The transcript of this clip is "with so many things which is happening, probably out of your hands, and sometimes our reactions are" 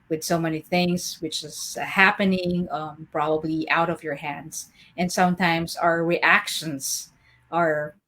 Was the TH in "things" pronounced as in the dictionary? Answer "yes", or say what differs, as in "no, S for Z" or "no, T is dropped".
yes